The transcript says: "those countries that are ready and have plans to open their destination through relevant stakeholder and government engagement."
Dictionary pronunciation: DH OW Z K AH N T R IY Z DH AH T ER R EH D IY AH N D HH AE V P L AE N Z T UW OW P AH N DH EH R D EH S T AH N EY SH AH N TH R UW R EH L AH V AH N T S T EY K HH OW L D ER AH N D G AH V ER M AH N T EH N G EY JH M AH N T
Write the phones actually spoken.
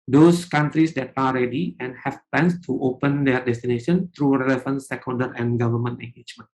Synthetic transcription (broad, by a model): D OW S K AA N T R IY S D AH T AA R EH D IY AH N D HH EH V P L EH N S T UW OW P AH N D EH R D EH S T AH N EY SH AH N T R UW R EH L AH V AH N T S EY K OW N D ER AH N G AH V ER M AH N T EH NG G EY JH M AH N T